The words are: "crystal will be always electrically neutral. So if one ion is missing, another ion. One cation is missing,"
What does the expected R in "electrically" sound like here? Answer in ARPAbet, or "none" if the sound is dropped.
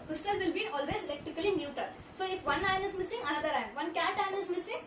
none